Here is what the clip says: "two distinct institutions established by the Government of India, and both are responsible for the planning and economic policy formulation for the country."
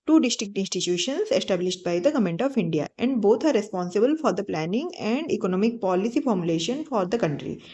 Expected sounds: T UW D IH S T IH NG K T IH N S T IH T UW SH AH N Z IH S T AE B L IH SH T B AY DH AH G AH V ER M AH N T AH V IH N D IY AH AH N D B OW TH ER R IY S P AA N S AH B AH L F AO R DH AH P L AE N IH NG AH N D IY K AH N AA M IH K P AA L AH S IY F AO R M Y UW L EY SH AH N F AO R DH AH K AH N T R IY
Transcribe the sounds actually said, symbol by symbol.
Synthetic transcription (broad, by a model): T UW D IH S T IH K T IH N S T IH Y UW SH AH N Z IH S T AE B L IH SH T B AY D AH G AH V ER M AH N T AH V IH N D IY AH AH N D B OW T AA R IY S P AA N S AH B AH L F AO R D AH P L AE N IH NG AH N D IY K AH N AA M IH K P AA L AH S IY F AO R M Y UW L EY SH AH N F AO R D AH K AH N T R IY